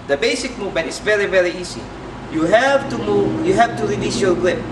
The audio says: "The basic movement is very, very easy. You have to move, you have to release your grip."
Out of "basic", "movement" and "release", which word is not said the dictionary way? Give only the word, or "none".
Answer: none